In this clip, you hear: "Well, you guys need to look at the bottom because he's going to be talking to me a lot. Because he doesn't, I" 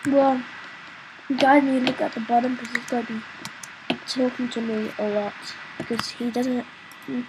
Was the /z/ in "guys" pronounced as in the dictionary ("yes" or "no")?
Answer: no